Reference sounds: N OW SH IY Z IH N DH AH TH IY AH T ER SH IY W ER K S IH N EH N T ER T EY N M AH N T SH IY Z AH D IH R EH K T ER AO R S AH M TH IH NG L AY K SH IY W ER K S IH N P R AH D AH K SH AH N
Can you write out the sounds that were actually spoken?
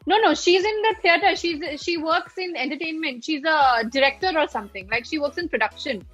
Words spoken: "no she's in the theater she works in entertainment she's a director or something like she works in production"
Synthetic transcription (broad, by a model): N OW SH IY Z IH N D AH T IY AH T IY SH IY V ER K S IH N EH N T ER T EY N M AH N T SH IY Z AH D IH R EH K T ER AO R S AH M T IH NG L AY K SH IY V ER K S IH N P R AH D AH K SH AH N